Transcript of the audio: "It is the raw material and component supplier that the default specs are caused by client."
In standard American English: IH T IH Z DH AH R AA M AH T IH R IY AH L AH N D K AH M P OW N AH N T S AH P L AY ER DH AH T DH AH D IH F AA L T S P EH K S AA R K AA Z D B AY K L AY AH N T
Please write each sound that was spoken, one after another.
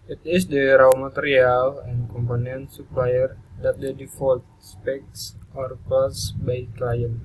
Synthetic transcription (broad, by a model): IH T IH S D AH R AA M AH T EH R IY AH L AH N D K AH M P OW N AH N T S AH P L AY ER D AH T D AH D IH F AA L T S P EH K S AA R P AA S B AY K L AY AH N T